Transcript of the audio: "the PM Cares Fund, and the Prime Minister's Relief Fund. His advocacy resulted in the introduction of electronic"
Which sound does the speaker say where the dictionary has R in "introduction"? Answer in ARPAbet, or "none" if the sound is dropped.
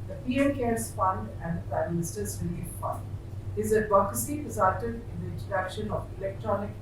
none